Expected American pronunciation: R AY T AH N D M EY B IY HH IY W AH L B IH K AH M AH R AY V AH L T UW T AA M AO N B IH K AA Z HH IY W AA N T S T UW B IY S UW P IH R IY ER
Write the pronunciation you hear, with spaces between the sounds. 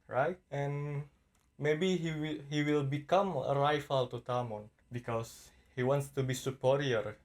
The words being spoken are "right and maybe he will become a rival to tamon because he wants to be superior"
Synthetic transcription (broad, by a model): R AY T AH N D M EY B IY HH IY W AH L B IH K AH M AH R AY F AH L T UW T AA M AO N B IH K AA S HH IY W AA N T S T UW B IY S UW P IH R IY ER